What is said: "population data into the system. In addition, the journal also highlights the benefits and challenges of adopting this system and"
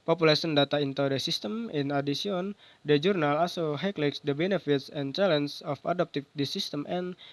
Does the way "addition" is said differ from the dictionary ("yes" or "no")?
yes